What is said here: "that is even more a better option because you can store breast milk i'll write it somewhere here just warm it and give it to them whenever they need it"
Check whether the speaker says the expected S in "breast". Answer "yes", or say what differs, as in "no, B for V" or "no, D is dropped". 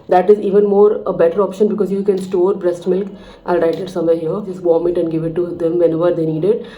yes